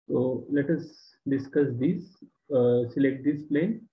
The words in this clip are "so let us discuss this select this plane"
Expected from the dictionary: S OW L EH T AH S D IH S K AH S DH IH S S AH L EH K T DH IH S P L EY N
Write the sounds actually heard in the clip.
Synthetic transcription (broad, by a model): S OW L EH T AH S D IH S K AH S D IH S S AH L EH K T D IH S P L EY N